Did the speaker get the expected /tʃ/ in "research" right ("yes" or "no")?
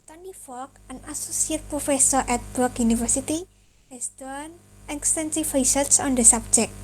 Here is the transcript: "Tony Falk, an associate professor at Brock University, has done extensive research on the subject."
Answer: no